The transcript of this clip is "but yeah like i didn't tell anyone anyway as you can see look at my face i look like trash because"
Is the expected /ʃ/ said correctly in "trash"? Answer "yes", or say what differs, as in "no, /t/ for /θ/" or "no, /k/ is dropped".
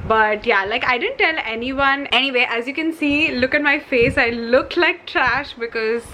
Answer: yes